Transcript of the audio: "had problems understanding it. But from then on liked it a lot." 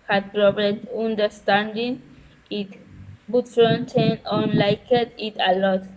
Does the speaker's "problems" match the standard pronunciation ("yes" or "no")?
no